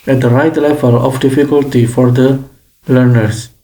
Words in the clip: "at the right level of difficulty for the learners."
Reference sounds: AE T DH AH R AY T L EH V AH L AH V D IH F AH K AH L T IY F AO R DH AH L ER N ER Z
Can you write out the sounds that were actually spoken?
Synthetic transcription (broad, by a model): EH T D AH R AY T L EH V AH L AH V D IH F AH K AH L T IY F AO R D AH L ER N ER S